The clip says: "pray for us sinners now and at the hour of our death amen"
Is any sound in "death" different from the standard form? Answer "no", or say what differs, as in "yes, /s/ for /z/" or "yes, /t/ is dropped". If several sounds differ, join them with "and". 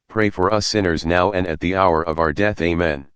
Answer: no